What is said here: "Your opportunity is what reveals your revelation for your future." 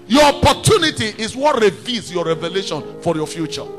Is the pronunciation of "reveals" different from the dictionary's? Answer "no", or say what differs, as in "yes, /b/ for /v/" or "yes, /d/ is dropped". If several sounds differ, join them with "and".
yes, /l/ is dropped